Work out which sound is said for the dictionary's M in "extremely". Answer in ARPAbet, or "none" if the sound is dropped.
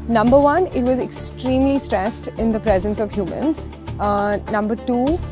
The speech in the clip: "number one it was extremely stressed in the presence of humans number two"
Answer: M